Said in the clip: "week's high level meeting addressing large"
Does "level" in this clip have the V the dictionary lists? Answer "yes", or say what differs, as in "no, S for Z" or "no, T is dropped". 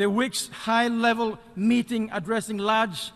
yes